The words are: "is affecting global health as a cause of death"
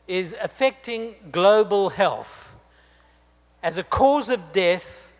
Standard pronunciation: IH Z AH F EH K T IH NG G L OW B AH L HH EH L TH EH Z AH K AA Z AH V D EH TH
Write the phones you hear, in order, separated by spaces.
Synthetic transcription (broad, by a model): IH Z AH F EH K T IH NG G L OW B AH L HH EH L TH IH Z AH K AA Z AH V D EH TH